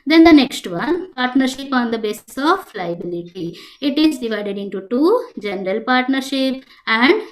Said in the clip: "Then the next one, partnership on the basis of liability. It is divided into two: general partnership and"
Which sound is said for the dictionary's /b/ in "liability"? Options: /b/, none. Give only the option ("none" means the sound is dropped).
/b/